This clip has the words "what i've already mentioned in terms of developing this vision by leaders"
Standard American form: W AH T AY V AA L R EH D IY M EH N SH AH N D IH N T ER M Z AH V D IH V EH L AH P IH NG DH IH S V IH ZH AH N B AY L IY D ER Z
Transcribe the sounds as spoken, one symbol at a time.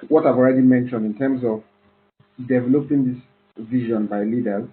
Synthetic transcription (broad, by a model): W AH T AY V AA L R EH D IY M EH N SH AH N D IH N T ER M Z AH V D IH V EH L AH P IH NG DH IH S V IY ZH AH N B AY L IY D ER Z